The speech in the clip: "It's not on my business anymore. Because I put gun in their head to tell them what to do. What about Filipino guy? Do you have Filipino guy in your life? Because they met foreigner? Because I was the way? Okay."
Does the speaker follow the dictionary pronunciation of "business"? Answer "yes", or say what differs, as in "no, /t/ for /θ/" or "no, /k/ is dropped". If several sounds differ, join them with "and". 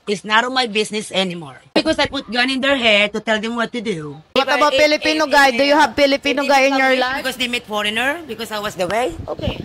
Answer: no, /s/ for /z/